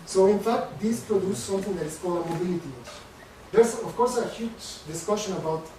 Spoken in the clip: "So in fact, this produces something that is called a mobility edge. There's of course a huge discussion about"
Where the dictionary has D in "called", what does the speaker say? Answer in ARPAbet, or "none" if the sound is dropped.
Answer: none